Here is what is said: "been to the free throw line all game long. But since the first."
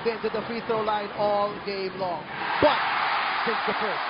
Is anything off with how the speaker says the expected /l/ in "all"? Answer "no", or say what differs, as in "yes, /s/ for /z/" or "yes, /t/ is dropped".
no